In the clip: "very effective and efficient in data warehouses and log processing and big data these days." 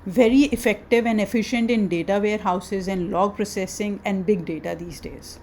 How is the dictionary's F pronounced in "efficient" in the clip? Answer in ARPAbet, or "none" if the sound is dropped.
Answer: F